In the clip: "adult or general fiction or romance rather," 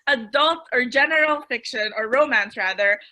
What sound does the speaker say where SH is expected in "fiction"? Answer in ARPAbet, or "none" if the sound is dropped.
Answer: SH